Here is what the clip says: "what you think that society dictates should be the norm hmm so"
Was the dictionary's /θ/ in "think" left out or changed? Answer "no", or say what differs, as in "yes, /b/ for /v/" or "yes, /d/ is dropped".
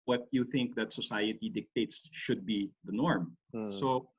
no